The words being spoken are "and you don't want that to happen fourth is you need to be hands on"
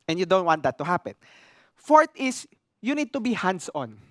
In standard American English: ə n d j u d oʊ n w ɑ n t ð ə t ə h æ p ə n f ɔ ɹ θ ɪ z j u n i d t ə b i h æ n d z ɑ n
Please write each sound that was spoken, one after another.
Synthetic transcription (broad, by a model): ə n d j u d oʊ n w ɑ n t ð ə t ə h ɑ p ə n f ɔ ɹ t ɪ s j u n i d t ə b i h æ n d s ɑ n